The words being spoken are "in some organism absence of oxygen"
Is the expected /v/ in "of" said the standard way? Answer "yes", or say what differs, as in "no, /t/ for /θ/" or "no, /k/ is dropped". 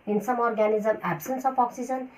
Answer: no, /p/ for /v/